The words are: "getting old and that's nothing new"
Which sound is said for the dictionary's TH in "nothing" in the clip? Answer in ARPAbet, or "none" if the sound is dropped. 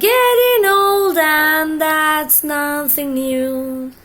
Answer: TH